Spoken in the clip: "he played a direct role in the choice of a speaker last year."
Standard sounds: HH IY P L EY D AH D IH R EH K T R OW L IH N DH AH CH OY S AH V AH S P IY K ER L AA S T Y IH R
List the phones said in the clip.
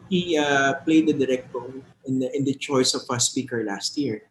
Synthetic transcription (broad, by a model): HH IY P L EY D AH D IH R EH K T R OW N IH N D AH CH OY S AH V AH S P IY K ER L AA S T Y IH R